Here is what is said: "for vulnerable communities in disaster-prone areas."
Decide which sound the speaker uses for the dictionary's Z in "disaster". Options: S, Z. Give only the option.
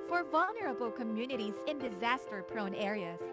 Z